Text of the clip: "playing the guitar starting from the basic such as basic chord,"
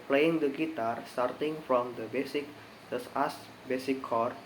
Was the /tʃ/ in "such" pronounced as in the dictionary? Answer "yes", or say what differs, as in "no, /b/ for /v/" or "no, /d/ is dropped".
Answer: no, /s/ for /tʃ/